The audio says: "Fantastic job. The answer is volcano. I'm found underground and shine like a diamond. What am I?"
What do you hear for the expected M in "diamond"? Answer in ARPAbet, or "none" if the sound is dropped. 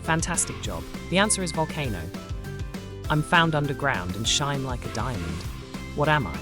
M